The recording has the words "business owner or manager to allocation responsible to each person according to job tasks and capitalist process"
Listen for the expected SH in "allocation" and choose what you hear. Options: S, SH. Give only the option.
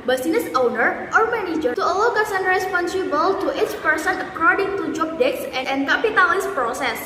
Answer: S